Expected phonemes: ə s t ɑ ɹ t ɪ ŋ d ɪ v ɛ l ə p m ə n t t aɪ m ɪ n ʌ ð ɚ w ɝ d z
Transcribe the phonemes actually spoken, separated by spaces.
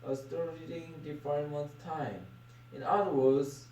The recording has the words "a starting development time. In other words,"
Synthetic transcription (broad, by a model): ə s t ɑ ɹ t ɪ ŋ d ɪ f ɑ ə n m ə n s t aɪ m ɪ n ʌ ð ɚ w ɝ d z